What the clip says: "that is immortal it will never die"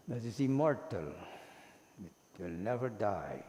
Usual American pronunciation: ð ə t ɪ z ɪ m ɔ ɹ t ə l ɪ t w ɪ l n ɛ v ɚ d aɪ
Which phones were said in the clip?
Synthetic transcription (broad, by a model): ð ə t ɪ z ɪ m ɔ ɹ t ə l ɪ t w ɪ l n ɛ v ɚ d aɪ